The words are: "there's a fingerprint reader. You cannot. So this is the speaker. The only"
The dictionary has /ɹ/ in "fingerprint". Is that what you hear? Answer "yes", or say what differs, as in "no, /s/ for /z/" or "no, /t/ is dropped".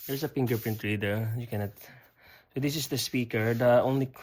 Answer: no, /ɹ/ is dropped